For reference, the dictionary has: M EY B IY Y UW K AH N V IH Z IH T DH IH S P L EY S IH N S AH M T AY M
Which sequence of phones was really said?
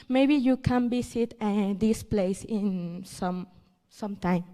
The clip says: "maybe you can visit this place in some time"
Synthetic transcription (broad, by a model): M EY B IY Y UW K AH N B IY S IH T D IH S P L EY S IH N S AH M T AY M